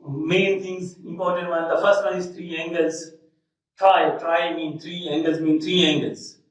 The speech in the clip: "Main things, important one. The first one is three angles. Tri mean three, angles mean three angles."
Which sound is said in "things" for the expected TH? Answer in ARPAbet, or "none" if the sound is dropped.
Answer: T